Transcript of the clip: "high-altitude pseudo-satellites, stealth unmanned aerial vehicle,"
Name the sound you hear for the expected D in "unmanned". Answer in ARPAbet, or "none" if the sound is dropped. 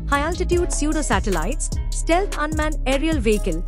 none